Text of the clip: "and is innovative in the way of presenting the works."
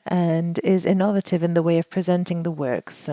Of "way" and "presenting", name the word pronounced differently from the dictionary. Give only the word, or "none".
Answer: none